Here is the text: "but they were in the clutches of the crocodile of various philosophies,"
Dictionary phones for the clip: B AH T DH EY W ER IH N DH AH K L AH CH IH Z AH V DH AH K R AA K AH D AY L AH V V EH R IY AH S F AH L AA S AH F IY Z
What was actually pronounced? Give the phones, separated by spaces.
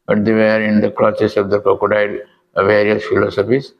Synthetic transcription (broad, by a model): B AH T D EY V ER IH N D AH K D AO S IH S AH V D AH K AA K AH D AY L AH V V EH R IY AH S F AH L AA S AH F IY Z